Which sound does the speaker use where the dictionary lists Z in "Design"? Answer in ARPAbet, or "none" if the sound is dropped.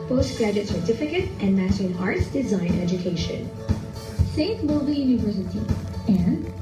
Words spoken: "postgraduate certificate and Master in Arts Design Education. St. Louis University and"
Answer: Z